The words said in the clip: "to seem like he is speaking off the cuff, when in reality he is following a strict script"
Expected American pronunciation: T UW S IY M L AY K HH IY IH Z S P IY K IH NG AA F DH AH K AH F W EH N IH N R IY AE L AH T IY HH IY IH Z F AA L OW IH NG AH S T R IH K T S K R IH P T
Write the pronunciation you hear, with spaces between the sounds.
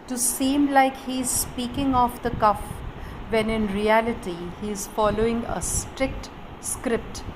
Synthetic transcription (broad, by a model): T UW S IY M L AY K HH IY IH Z S P IY K IH NG AA F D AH K AH F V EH N IH N R IY AE L AH T IY HH IY IH Z F AA L OW IH NG AH S T R IH K T S K R IH P T